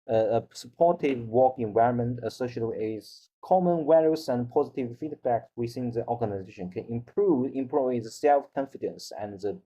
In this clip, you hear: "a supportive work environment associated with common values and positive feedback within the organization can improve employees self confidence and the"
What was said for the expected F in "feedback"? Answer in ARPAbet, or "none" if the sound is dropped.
F